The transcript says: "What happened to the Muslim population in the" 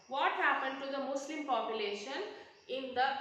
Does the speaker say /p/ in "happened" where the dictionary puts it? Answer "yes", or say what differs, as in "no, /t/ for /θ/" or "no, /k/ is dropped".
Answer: yes